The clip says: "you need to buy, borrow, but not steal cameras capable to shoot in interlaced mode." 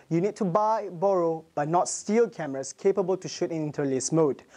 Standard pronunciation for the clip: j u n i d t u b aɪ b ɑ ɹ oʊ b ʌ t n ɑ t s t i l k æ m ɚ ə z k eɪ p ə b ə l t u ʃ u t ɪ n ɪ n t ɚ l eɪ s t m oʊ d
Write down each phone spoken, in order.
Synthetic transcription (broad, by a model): j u n i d t u b aɪ b ɑ ɹ oʊ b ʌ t n ɑ t s t i l k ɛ m ɚ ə s k eɪ p ə b ə l t u ʃ u t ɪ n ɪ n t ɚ l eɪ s m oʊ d